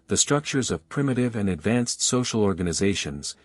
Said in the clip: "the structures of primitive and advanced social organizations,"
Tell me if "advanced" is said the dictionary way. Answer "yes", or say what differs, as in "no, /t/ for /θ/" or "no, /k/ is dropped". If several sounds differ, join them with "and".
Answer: yes